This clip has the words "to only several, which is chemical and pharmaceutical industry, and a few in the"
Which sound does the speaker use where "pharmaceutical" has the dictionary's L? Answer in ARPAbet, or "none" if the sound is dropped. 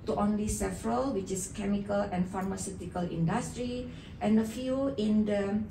L